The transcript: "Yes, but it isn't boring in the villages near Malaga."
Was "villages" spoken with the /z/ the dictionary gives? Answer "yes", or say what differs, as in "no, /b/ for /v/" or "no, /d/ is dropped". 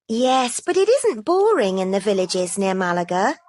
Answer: yes